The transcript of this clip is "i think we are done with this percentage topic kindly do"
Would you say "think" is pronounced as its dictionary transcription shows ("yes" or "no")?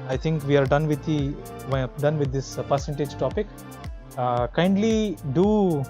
no